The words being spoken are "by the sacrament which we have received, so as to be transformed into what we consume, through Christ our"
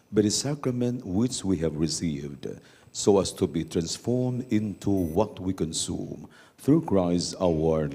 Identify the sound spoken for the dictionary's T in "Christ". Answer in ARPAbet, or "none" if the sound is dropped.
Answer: none